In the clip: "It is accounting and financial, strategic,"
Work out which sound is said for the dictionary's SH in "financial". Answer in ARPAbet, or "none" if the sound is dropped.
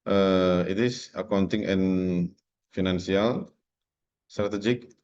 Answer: S